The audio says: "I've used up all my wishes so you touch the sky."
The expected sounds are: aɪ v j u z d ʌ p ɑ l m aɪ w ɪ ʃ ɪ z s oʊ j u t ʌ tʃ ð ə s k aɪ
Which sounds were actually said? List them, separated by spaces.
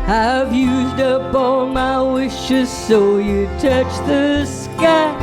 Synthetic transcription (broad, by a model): aɪ v j u z d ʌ b ɑ l m aɪ w ɪ ʃ ɪ z s oʊ j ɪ t ʌ tʃ ð ə s k aɪ